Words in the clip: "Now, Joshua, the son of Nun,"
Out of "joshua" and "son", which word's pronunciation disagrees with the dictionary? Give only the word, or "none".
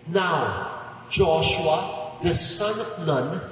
none